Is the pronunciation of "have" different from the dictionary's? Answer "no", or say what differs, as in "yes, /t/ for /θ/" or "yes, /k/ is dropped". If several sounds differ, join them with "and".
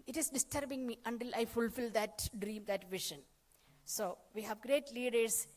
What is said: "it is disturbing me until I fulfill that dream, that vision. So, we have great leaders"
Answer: no